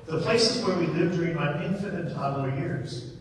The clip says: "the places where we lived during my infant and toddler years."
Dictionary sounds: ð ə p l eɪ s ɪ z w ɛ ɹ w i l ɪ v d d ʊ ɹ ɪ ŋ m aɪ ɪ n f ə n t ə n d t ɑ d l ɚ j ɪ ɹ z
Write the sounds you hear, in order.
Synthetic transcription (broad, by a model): ð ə p l eɪ s ɪ z w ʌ ɹ w i l ɪ v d d ʊ ɹ ɪ ŋ m aɪ ɪ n f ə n ə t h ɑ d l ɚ j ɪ ɹ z